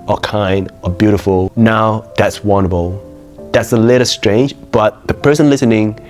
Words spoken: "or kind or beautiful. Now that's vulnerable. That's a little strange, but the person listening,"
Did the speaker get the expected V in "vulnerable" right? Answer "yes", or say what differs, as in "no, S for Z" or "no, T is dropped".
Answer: no, W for V